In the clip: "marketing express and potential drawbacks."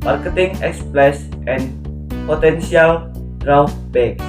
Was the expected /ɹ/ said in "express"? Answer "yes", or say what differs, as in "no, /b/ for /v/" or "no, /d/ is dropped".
no, /l/ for /ɹ/